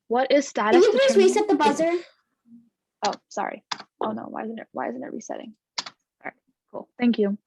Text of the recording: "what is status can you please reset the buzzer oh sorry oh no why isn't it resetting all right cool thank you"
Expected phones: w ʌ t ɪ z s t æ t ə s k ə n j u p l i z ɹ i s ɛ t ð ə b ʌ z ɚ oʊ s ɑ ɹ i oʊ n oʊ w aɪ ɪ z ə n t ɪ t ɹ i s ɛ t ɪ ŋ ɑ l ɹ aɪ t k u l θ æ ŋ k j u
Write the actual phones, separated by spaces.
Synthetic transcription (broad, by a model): w ʌ t ɪ z s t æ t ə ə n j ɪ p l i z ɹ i s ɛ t ð ə b ʌ z ɚ oʊ s ɑ ɹ i oʊ n oʊ w aɪ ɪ z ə n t ɪ t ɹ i s ɛ t ɪ ŋ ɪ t k u l θ æ ŋ k j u